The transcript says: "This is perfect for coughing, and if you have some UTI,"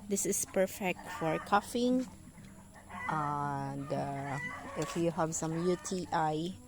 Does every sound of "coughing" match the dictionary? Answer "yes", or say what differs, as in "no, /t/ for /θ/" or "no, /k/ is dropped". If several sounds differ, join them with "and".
yes